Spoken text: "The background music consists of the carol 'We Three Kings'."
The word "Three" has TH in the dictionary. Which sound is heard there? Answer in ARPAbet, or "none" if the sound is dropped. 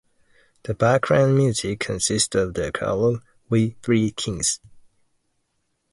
TH